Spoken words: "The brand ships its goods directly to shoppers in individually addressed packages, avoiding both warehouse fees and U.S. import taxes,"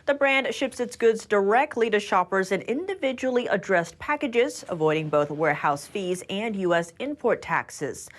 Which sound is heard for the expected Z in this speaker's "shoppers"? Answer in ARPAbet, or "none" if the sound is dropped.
Z